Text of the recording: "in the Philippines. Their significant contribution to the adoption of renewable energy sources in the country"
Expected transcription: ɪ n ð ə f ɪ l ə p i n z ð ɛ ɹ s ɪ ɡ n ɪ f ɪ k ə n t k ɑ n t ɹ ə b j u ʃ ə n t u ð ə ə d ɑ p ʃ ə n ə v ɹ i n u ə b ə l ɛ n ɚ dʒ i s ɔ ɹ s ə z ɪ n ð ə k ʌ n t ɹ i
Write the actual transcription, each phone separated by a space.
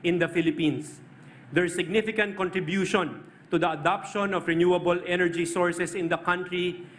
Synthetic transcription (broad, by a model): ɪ n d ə f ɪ l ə p i n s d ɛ ɹ s ɪ ɡ n ɪ f ɪ k ə n t k ɑ n t ɹ ə b j u ʃ ə n t u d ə ə d ɑ p ʃ ə n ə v ɹ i n u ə b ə l ɛ n ɚ dʒ i s ɔ ɹ s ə s ɪ n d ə k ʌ n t ɹ i